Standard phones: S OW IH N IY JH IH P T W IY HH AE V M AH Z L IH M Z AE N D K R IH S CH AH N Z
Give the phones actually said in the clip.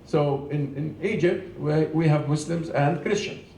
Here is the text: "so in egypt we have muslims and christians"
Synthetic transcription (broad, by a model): S OW IH N IY JH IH P T W IY HH AE V M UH S L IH M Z AE N D K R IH S CH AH N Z